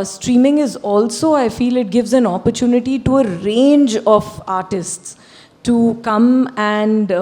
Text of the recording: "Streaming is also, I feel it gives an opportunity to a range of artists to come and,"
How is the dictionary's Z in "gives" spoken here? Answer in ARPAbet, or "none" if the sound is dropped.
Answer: Z